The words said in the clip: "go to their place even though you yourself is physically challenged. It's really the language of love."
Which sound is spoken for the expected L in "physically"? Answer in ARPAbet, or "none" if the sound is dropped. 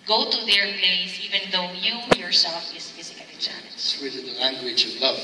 none